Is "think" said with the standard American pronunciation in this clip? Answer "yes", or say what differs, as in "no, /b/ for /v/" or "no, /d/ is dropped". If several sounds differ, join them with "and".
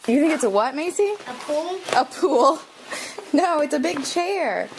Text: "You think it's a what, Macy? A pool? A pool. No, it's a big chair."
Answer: yes